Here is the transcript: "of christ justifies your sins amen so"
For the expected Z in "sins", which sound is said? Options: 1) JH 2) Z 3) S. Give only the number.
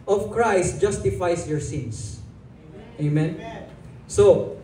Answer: 3